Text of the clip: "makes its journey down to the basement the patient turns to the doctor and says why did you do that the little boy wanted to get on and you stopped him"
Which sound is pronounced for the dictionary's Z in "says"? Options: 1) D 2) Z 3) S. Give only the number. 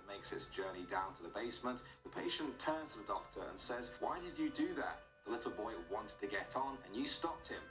2